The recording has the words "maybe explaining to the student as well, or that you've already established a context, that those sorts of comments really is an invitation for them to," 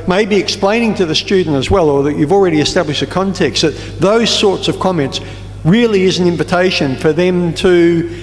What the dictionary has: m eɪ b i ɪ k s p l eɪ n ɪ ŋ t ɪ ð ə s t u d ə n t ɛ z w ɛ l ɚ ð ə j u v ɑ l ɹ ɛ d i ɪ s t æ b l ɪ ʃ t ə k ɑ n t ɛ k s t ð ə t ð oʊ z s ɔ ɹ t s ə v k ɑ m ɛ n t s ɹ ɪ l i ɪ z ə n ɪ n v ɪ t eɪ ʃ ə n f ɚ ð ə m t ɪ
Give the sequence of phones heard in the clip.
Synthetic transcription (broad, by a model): m eɪ b i ɪ k s p l eɪ n ɪ ŋ t ɪ ð ə s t u d n t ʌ z w ɛ l ɚ ð ə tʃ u v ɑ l ɹ ɛ d i ɪ s t æ b l ɪ ʃ t ə k ɑ n t ɛ k s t ð ə t ð oʊ z s ɔ ɹ t s ə v k ɑ m ɛ n t s ɹ ɪ l i ɪ z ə n ɪ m v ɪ t eɪ ʃ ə n f ɚ ð ə m t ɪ